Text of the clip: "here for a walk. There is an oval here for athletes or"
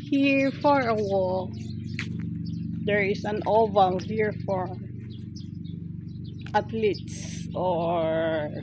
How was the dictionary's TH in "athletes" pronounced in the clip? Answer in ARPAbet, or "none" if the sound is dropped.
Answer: T